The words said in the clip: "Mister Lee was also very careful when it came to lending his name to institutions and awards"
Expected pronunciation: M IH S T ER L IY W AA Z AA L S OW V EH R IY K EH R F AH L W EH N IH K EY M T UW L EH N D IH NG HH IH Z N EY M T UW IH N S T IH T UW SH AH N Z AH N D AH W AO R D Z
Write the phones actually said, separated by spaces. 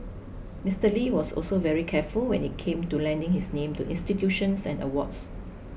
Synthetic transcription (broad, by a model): M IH S T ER L IY W AA S AA L S OW V EH R IY K EH F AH L W EH N IH K EY M T UW L EH N D IH NG HH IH S N EY M T UW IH N S T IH T UW SH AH N S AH N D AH W AO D S